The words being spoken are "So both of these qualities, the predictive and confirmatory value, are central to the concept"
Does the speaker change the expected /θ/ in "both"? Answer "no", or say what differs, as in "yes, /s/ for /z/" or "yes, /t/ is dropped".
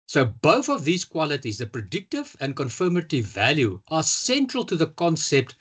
no